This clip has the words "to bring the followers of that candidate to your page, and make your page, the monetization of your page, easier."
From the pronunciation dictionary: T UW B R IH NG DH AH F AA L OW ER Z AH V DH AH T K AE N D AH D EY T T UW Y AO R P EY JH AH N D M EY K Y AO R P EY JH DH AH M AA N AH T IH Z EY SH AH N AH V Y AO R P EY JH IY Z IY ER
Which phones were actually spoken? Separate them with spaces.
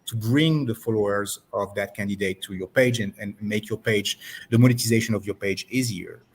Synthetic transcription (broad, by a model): T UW B R IH NG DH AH F AA L OW ER Z AH V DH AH T K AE N D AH D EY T T UW Y AO R P EY JH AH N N M EY K Y AO R P EY JH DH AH M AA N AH T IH Z EY SH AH N AH V Y AO R P EY JH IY Z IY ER